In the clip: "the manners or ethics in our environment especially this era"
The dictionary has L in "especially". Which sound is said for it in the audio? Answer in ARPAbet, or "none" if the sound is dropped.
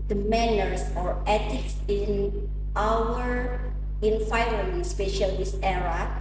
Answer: none